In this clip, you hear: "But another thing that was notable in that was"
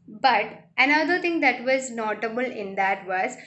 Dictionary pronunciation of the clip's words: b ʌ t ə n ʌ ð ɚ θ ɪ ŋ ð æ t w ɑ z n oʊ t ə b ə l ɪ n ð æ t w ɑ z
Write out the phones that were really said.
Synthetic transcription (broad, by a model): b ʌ t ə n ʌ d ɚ t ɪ ŋ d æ t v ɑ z n oʊ t ə b ə l ɪ n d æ t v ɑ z